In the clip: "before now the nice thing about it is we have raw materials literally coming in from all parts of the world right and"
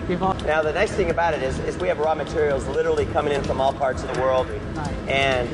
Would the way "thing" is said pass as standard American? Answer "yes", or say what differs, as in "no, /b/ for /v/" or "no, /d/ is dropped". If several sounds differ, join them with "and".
yes